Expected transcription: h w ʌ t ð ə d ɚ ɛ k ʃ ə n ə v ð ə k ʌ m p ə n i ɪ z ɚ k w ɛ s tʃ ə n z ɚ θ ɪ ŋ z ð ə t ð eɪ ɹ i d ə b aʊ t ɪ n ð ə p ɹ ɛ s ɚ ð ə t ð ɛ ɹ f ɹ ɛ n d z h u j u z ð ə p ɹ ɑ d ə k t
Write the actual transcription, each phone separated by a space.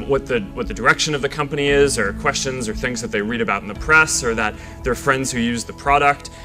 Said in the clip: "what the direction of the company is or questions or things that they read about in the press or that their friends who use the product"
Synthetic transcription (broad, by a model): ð w ʌ t ð ə d ɚ ɛ k ʃ ə n ə v ð ə k ʌ m p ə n i ɪ z ɚ k w ɛ s tʃ ə n z ɚ θ ɪ ŋ z ð ə t ð eɪ ɹ i d ə b aʊ t n ð ə p ɹ ɛ s ɚ ð ə t ð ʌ ɹ f ɹ ɛ n d z h u j u z ð ə p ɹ ɑ d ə k t